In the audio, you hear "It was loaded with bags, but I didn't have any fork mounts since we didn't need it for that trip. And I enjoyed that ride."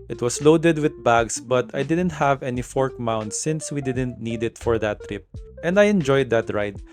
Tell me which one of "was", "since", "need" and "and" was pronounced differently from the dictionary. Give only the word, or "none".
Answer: was